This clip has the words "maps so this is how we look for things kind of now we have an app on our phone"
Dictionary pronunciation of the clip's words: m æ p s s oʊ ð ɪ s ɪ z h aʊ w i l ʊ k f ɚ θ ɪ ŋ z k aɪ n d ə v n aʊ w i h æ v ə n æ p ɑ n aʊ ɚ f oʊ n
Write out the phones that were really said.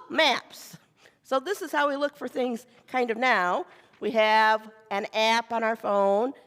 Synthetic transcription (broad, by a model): m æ p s s oʊ ð ɪ s ɪ z h aʊ w i l ʊ k f ɚ θ ɪ ŋ z k aɪ n d ə v n aʊ w i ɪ v ə n æ p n aʊ ɚ f oʊ n